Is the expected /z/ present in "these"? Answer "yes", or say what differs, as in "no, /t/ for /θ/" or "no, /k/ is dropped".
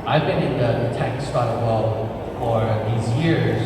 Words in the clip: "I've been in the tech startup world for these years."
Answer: yes